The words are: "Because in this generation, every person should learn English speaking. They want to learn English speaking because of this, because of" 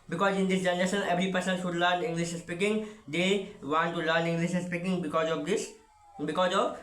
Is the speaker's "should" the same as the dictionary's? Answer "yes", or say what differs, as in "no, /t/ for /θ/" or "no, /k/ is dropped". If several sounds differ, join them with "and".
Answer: no, /s/ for /ʃ/